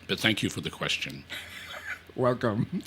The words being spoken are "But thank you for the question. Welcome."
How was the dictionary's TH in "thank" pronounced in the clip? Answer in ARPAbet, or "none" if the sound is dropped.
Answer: TH